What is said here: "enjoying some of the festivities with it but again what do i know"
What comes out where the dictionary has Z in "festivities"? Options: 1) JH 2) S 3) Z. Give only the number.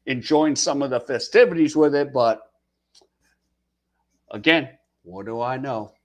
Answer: 3